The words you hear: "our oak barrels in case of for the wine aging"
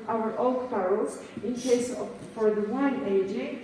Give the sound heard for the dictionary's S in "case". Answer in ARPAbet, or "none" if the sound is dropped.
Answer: none